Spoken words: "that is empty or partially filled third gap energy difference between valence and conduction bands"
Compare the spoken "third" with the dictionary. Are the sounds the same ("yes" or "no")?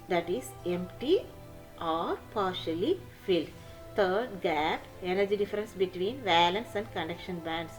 no